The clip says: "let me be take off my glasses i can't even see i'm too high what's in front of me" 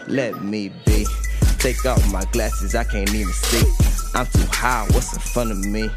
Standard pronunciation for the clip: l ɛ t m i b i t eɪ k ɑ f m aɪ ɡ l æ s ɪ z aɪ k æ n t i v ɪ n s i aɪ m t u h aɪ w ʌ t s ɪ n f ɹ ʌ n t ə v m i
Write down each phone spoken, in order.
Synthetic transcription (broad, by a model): l ɛ t m i b i t eɪ k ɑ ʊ m aɪ ɡ l æ s ɪ z aɪ k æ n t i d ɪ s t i aɪ m t u h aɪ w ʌ t s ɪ f ʌ n ə v m i